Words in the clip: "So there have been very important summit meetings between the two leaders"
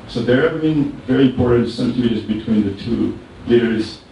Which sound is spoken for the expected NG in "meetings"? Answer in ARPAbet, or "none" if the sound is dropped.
none